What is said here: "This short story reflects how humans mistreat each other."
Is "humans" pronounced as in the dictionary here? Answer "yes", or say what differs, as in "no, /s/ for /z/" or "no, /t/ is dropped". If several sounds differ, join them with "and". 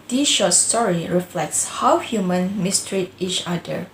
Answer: no, /z/ is dropped